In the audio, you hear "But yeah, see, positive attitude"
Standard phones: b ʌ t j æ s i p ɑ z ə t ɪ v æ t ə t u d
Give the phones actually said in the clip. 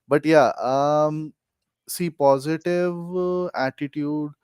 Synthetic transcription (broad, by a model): b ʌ t j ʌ s i p ɑ z ə t ɪ v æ t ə t u d